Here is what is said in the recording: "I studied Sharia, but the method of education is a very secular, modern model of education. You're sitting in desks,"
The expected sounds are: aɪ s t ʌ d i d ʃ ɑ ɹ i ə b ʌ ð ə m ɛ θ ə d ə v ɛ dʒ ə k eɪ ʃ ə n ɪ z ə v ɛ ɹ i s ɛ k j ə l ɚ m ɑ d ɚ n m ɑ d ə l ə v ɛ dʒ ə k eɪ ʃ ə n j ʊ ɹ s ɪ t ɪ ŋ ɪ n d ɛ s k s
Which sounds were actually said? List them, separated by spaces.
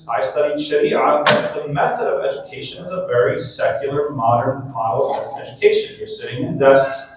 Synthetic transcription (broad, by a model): aɪ s t ʌ d i d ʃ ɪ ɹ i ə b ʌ ð ə m ɛ θ ə d ə v ɛ dʒ ə k eɪ ʃ ə n ɪ z ə v ɛ ɹ i s ɛ k j l ɚ m ɑ d ɚ n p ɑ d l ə ɛ dʒ ə k eɪ ʃ ə n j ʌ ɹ s ɪ t ɪ ŋ ɪ n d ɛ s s